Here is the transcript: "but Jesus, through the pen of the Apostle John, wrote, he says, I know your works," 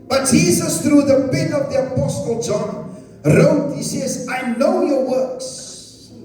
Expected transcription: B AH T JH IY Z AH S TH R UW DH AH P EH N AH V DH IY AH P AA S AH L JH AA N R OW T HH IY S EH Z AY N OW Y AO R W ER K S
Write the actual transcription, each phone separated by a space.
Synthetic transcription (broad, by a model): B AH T JH IY Z AH S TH R UW DH AH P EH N AH V DH IY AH P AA S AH L JH AA N R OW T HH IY S EH Z AY N OW Y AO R W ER K S